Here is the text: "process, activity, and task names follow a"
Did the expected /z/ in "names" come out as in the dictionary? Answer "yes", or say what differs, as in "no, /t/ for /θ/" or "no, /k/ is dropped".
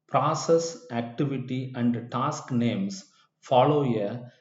no, /s/ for /z/